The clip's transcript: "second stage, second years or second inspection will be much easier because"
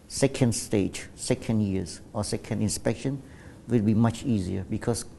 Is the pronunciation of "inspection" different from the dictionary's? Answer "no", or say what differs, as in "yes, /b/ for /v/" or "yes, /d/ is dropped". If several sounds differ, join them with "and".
no